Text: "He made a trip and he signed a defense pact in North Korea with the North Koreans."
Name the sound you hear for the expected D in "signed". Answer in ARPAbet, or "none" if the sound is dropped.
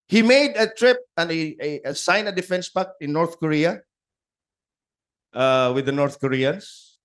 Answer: none